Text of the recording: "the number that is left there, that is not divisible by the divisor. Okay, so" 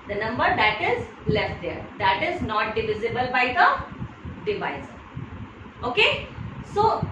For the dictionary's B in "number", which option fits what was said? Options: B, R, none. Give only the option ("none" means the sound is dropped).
B